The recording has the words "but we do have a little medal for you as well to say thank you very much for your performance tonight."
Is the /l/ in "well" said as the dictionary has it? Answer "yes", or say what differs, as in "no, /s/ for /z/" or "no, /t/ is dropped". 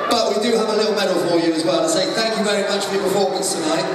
yes